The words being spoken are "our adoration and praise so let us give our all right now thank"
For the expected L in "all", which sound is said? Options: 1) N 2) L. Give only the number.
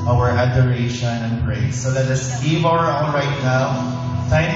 1